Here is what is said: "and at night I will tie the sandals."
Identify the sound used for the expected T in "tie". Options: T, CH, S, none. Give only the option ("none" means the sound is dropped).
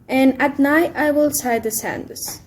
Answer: S